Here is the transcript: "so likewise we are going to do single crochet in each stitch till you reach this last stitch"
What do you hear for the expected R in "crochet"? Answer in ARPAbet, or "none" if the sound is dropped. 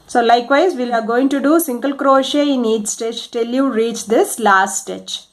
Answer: R